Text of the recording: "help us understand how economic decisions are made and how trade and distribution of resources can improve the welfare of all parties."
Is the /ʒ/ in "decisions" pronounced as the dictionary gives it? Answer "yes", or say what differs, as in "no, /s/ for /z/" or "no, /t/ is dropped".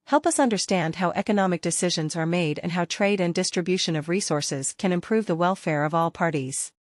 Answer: yes